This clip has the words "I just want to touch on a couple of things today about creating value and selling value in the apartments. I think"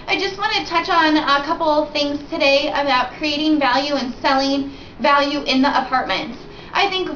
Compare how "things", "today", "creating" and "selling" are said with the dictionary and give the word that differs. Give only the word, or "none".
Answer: none